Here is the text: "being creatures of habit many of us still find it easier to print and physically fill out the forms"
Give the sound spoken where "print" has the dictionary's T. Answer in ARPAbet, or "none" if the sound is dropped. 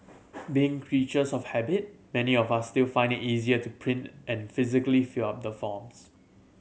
T